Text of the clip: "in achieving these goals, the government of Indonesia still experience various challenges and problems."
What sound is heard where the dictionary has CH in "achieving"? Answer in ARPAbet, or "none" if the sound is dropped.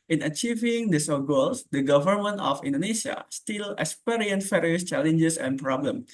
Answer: CH